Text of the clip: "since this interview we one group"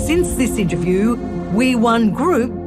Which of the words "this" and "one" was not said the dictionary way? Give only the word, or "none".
none